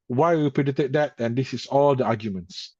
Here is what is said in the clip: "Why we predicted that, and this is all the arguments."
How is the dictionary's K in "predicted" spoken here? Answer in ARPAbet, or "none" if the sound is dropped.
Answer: none